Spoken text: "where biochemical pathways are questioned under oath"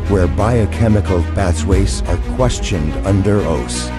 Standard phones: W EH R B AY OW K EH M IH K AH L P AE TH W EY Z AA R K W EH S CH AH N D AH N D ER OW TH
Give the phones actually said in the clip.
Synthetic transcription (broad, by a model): W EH R B AY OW K EH M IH K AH L B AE S W EY S AA R K W EH S CH AH N D AH N D ER OW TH